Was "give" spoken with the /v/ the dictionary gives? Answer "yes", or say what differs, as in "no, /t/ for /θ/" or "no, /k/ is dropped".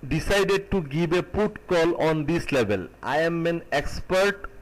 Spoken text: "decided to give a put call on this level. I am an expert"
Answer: no, /b/ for /v/